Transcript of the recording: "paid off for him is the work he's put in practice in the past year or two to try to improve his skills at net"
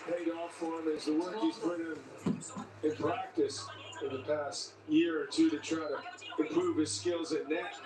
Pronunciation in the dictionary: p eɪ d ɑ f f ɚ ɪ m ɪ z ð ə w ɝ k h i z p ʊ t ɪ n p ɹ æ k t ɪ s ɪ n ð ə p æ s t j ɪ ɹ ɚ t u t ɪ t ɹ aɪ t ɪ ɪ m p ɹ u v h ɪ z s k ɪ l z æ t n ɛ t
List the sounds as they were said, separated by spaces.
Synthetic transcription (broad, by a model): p eɪ d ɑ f f ɚ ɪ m ɪ z ð ə w ɝ k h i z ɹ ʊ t ɪ n p ɹ æ k t ɪ s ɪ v ð ə p æ s t j ɪ ɹ ɚ t u t ɪ t ɹ aɪ t ɪ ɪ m p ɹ u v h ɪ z s k ɪ l z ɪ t n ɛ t